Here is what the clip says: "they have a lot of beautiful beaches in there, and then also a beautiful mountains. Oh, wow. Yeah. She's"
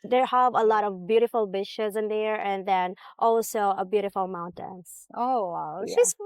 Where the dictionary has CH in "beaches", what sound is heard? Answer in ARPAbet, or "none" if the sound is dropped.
SH